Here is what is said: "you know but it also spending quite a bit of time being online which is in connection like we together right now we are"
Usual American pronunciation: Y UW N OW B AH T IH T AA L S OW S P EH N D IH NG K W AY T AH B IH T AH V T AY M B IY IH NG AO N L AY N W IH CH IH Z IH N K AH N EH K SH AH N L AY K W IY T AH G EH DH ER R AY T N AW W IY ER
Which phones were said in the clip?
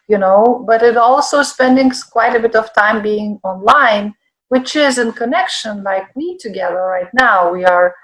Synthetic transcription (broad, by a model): Y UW N OW B AH T IH T AA L S OW S P EH N D IH NG K W AY T AH B IH T AH V T AY M B IY IH NG AO N L AY N W IH CH IH Z IH N K AH N EH K SH AH N L AY K W IY T AH G EH DH ER R AY T N AW W IY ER